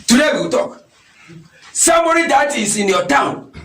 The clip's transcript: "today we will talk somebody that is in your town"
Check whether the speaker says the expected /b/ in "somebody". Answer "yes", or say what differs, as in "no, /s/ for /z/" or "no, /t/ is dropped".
no, /b/ is dropped